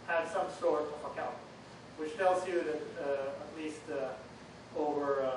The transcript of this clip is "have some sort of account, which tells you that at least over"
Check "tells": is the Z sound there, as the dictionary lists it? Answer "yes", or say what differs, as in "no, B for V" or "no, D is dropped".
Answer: yes